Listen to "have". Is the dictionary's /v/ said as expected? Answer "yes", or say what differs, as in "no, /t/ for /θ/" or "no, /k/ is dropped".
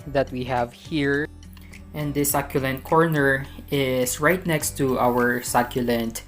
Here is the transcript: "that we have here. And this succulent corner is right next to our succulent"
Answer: yes